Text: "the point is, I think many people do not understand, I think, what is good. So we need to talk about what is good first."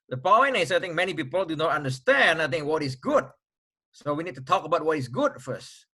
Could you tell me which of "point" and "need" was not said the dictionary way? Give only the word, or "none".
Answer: point